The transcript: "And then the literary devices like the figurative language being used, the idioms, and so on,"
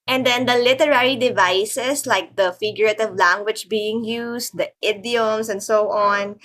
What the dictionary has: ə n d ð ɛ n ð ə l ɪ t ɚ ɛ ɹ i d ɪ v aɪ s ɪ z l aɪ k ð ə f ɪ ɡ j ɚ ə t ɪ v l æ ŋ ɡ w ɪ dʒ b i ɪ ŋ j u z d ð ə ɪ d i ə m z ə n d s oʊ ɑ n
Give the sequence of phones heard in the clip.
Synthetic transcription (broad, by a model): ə n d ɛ n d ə l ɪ t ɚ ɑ ɹ i d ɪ v aɪ s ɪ s l aɪ k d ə f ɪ ɡ j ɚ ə t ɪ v l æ ŋ ɡ w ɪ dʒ b i ɪ ŋ j u s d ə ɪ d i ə m s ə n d s oʊ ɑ n